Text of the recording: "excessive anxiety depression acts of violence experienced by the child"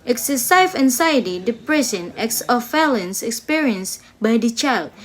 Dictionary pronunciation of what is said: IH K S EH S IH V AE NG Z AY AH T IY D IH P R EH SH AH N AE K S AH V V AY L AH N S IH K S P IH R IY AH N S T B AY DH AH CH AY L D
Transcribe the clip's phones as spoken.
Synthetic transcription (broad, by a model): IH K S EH S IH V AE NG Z AY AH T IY D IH P R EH S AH N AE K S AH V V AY L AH N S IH K S P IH R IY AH N S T B AY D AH CH AY L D